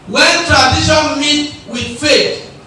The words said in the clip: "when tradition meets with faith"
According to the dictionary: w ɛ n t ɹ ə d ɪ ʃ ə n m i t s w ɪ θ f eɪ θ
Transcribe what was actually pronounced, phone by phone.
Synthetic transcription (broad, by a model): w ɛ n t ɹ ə d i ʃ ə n m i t w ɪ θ f eɪ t